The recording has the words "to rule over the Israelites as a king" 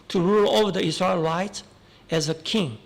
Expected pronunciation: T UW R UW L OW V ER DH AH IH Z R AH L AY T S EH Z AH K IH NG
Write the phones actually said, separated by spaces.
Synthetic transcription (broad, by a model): T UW R UW L OW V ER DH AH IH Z R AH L AY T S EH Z AH K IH NG